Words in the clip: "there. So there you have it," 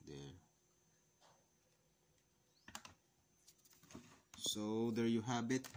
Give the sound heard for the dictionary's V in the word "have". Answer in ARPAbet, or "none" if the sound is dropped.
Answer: B